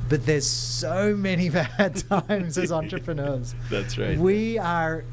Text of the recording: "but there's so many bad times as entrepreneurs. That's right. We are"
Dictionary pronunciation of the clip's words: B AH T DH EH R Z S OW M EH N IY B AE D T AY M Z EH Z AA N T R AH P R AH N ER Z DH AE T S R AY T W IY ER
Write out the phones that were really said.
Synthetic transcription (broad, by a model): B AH T DH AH R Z S OW M EH N IY B AE D T AY M Z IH Z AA N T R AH P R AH N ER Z DH AE T S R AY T W IY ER